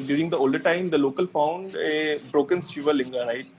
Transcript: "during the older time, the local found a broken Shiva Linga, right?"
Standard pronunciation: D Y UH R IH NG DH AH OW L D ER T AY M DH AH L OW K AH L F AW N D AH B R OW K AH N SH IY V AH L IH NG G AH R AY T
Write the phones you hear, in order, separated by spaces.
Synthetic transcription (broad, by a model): D Y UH R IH NG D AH OW L D ER T AY M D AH L OW K AH L F AW N D AH B R OW K AH N S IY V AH L IH NG G AH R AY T